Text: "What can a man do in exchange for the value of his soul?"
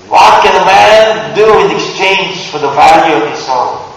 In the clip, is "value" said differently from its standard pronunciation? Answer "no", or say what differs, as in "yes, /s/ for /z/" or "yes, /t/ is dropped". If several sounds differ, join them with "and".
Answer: no